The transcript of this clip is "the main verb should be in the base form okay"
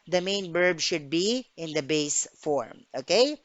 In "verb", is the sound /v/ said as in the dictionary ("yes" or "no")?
no